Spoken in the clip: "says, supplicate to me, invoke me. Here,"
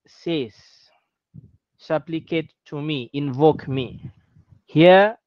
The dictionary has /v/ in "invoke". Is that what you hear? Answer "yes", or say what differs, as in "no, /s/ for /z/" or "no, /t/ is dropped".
yes